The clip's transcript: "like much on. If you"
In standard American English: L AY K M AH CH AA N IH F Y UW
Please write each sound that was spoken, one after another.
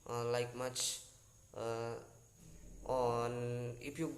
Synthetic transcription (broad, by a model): L AY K M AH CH AA N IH P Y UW